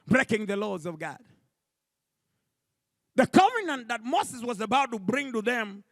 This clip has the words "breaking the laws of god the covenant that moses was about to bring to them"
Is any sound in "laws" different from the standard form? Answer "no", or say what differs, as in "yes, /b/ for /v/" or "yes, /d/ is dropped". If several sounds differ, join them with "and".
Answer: no